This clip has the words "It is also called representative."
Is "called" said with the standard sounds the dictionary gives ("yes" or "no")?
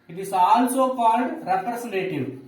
no